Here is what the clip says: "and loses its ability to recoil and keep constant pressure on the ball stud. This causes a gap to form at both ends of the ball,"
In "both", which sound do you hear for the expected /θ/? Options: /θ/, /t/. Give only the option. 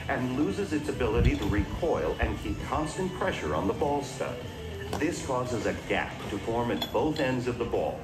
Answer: /θ/